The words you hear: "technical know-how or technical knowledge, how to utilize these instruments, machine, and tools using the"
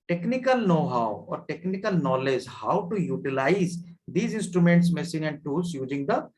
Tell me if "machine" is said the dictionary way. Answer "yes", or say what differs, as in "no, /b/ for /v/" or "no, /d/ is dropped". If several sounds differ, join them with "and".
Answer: no, /s/ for /ʃ/